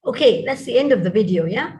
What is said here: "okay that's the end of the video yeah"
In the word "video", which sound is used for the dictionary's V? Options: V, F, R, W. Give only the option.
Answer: V